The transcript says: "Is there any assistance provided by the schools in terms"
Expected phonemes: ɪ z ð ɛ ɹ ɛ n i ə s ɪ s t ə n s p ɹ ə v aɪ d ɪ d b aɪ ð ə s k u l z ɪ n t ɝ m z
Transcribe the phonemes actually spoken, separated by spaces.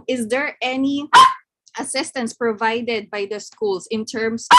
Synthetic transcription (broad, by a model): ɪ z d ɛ ɹ ɛ n i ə s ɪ s t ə n s p ɹ ə v aɪ d ɪ d b aɪ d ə s k u l s ɪ n t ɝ m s